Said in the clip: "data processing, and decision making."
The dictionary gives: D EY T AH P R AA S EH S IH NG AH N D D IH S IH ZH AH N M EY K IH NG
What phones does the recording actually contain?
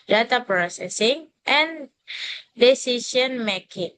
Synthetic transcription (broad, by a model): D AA T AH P R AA S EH S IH NG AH N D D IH S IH S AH N M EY K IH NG